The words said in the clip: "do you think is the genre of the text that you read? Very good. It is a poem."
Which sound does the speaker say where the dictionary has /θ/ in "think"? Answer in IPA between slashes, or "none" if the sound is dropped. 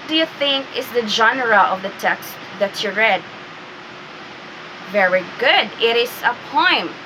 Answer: /θ/